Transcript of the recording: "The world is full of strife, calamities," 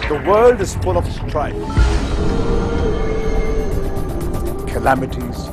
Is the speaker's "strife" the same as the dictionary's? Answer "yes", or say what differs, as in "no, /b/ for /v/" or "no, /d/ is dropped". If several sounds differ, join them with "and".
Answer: no, /p/ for /f/